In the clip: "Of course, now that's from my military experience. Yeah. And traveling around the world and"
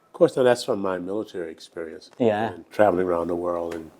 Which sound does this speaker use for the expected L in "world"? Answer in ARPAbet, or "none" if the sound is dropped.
L